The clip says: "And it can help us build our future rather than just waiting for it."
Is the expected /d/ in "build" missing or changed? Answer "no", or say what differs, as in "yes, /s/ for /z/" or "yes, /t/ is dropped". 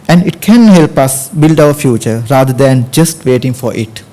no